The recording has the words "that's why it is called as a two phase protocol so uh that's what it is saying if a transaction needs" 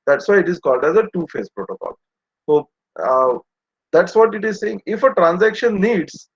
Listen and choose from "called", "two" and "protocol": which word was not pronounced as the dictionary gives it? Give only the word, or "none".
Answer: none